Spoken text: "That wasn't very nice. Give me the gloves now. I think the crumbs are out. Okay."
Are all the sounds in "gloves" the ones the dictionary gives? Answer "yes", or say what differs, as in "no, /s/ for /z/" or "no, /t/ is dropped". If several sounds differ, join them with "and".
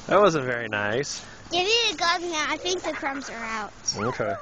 no, /l/ is dropped